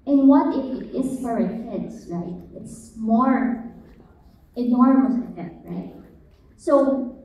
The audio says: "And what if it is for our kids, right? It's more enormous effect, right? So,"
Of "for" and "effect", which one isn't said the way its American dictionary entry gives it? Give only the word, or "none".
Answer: effect